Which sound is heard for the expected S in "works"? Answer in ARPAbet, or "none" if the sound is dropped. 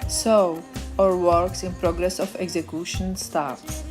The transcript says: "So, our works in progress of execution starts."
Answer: S